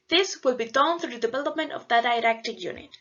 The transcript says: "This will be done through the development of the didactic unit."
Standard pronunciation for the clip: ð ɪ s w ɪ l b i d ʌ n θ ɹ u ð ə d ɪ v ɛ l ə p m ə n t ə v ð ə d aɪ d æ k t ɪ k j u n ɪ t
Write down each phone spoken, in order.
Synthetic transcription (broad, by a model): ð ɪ s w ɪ l b i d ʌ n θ ɹ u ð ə d ɪ v ɛ l ə p m ə n t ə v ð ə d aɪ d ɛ k t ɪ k j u n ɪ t